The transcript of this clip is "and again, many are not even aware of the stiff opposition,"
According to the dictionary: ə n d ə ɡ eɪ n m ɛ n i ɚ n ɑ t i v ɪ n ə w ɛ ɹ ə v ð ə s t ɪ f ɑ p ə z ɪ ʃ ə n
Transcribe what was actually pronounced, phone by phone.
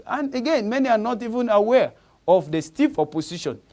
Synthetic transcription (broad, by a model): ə n ə ɡ eɪ n m ɛ n i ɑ n ɑ t i v ɪ n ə w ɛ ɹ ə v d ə s t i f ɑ p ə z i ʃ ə n